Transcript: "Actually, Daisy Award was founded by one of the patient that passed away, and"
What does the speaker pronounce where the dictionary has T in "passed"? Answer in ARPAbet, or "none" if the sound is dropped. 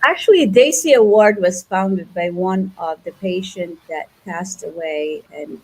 T